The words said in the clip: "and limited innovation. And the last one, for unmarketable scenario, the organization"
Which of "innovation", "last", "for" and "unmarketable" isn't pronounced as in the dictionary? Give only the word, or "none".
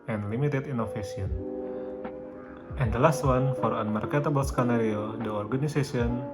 innovation